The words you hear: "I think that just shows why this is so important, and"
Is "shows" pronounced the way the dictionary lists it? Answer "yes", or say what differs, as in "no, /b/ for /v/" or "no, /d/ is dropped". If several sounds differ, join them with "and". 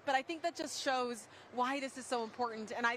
yes